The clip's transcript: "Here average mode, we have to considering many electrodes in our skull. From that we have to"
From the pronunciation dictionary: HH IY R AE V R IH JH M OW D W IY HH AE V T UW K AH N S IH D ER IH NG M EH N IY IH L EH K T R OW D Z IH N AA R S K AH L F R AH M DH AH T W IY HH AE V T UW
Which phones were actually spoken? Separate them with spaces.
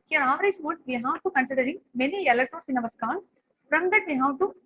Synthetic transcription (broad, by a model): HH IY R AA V R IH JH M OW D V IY HH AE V T UW K AH N S IH D ER IH NG M EH N IY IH L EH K T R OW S IH N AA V S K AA N F R AH M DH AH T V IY HH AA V T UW